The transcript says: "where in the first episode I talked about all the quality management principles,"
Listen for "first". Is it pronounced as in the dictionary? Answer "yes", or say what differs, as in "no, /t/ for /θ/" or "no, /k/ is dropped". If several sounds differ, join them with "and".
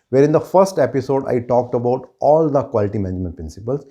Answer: yes